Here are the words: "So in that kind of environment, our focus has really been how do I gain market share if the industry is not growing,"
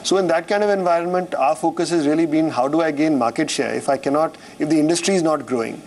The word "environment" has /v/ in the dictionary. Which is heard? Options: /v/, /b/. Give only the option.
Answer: /v/